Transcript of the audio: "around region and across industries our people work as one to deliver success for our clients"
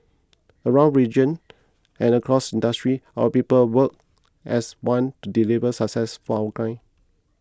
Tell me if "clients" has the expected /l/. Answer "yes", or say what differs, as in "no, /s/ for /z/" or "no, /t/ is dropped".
no, /l/ is dropped